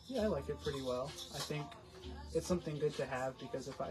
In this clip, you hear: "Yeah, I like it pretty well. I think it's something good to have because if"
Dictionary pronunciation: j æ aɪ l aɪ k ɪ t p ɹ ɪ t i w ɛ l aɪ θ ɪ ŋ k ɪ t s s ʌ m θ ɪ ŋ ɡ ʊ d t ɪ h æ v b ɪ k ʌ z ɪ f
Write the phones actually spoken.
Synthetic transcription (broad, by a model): j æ aɪ l aɪ k ɪ t p ɹ ɪ t i w ɛ l aɪ θ ɪ ŋ k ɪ t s s ʌ m θ ɪ ŋ ɡ ʊ d t ɪ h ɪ v b ɪ k ʌ z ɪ f